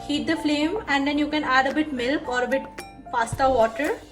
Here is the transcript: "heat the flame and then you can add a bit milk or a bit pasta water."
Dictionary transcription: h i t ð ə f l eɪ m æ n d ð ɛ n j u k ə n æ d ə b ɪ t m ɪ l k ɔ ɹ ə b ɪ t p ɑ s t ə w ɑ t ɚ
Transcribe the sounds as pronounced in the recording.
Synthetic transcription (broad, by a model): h i t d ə f l eɪ m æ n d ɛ n j u k ə n æ d ə b ɪ t m ɪ l k ɔ ɹ ə b ɪ t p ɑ s t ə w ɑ t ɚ